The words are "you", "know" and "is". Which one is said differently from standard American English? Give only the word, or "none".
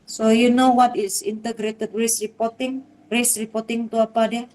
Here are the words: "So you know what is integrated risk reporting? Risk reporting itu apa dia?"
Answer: is